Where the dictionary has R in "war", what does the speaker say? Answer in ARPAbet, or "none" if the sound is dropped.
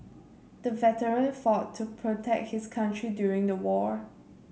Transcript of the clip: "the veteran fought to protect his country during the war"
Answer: R